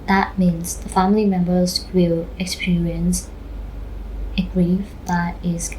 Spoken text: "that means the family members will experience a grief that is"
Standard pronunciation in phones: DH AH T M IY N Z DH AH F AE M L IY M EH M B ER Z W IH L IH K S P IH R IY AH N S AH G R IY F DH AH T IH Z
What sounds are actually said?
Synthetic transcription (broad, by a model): DH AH T M IY N Z DH AH F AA M L IY M EH M B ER Z W IH L IH K S P IH R IY AH N S AH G R IY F DH AH T IH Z